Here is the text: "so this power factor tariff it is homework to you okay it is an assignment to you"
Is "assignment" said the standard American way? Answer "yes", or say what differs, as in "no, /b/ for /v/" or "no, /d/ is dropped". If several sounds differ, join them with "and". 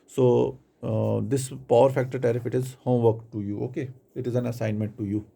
yes